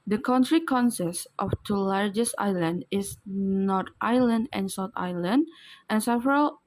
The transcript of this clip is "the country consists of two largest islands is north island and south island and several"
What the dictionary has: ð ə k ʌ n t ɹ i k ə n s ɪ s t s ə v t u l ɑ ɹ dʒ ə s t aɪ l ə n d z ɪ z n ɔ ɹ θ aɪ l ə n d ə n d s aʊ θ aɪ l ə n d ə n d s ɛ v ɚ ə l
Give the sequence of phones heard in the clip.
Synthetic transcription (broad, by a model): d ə k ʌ n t ɹ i k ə n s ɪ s t ə f t u l ɑ ɹ dʒ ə s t aɪ l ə n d ɪ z n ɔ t aɪ l ə n d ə n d s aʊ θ aɪ l ə n d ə n s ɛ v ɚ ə l